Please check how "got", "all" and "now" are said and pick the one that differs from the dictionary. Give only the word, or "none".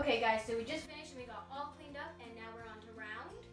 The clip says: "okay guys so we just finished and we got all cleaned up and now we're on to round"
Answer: got